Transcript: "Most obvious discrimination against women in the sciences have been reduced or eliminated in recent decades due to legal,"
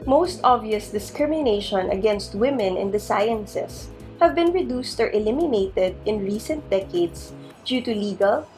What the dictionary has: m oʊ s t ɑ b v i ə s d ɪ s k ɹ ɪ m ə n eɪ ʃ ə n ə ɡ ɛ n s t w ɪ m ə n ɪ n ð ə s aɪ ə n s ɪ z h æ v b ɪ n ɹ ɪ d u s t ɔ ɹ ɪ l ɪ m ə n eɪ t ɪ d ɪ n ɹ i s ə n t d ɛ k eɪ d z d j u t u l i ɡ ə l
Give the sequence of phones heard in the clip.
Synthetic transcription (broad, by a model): m oʊ s t ɑ b v i ə s d ɪ s k ɹ ɪ m ə n eɪ ʃ ə n ə ɡ ɛ n s t w ɪ m ə n ɪ n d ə s aɪ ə n s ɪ s h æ v b ɪ n ɹ ɪ d u s t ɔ ɹ ɪ l ɪ m ə n eɪ t ɪ d ɪ n ɹ i s ə n t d ɛ k eɪ d s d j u t u l i ɡ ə l